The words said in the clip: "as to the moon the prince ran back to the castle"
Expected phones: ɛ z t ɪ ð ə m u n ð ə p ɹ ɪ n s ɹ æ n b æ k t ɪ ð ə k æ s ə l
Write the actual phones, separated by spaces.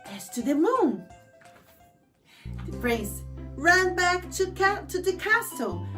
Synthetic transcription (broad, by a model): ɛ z t ɪ ð ə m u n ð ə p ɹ ɪ s ɹ æ n b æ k t ɪ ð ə k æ s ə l